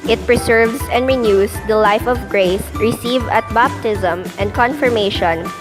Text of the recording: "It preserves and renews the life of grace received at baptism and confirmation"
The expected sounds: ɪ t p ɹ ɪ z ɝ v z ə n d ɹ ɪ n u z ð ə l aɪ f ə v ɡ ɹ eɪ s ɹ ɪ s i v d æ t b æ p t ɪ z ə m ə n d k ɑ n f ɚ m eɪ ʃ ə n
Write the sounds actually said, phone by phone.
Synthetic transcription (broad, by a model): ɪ t p ɹ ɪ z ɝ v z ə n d ɹ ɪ n u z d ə l aɪ f ə v ɡ ɹ eɪ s ɹ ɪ s i v ʌ t b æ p t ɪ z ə m ə n d k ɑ n f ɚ m eɪ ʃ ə n